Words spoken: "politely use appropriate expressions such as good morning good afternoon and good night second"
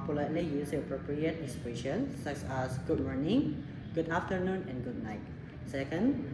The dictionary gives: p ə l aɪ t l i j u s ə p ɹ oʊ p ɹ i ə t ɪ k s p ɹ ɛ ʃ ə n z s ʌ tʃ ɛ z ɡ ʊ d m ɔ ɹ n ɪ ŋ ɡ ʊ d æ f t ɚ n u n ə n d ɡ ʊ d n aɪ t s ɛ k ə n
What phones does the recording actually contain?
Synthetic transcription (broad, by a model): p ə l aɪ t l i j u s ə p ɹ oʊ p ɹ i ə t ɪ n s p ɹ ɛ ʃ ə n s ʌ s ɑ s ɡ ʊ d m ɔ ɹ n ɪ ŋ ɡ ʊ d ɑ f t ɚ n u n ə n ɡ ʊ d n aɪ t s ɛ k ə n